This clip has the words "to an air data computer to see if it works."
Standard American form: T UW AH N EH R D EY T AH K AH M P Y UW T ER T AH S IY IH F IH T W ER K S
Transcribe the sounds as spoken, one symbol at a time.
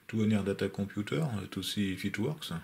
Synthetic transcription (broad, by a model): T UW AH N EH R D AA T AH K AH P Y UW T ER T AH S IY F IH T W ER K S